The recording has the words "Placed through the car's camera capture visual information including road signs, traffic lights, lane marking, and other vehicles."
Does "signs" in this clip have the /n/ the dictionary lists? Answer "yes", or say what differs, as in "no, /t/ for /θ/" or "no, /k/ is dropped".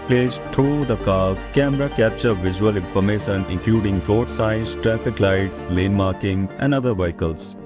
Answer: no, /n/ is dropped